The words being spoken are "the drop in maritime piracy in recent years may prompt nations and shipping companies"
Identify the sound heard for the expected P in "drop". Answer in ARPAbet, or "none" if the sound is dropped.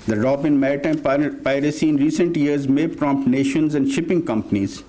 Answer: B